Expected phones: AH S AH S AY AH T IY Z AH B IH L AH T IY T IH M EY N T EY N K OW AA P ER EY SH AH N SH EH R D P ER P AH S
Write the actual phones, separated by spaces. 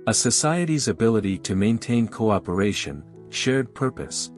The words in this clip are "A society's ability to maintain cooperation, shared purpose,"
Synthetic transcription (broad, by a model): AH S AH S AY AH T IY Z AH B IH L AH T IY T IH M EY N T EY N K OW AA P ER EY SH AH N SH EH R D P ER P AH S